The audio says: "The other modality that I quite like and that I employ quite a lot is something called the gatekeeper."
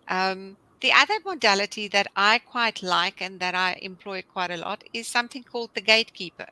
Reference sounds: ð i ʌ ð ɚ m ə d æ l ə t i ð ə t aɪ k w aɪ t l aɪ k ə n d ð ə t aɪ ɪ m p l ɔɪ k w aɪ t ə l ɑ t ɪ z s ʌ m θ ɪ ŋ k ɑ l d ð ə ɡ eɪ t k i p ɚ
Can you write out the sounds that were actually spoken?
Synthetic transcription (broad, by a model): ð i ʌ ð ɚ m ə d æ l ə t i ð ə t aɪ k w aɪ t l aɪ k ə n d ð ə t aɪ ɪ m p l ɔɪ k w aɪ t ə l ɑ t ɪ z s ʌ m θ ɪ ŋ k ɑ l d ð ə ɡ eɪ t k i p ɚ